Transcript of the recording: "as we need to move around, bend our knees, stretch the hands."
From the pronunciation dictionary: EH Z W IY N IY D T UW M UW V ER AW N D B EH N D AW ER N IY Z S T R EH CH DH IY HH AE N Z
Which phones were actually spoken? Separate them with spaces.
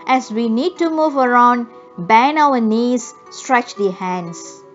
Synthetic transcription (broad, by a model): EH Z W IY N IY D T UW M UW V ER AW N D B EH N AW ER N IY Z S T R EH CH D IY HH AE N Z